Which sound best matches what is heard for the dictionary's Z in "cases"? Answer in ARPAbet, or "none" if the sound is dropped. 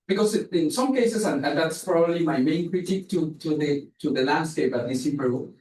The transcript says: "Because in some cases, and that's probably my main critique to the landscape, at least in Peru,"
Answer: S